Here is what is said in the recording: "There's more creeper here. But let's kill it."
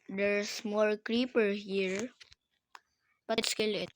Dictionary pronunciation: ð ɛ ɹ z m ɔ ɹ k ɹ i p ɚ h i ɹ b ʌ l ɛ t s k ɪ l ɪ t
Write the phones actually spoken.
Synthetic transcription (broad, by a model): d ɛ ɹ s m ɔ ɹ k ɹ i p ɚ h i ɹ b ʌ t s k ɪ l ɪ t